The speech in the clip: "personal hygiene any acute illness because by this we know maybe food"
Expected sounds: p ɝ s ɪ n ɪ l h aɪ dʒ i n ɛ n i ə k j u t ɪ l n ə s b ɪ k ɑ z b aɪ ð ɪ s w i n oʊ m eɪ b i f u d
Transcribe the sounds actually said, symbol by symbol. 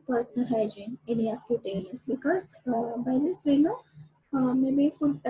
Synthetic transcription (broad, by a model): p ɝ s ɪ n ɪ l h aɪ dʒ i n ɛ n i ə k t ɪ t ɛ l ə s b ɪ k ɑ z b aɪ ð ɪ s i n oʊ m eɪ b i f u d